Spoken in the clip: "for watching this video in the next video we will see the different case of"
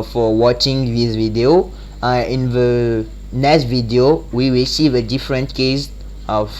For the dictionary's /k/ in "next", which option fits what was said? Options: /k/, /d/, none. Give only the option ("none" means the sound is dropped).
none